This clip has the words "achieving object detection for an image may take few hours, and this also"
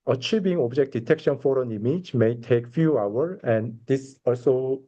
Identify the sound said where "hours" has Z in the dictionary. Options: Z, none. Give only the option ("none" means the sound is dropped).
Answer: none